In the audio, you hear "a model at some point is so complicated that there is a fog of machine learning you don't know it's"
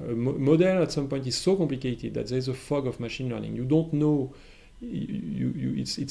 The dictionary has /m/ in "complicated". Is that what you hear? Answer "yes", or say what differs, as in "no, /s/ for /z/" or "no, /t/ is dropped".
yes